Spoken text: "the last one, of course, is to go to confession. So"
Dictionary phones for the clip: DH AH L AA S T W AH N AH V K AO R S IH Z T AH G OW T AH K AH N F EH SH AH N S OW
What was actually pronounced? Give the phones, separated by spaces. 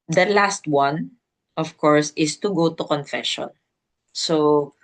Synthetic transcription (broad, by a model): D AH L AA S T W AH N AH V K AO R S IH S T AH G OW T AH K AH N F EH SH AH N S OW